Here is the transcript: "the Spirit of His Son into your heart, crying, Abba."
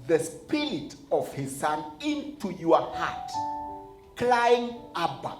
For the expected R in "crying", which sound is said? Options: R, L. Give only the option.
L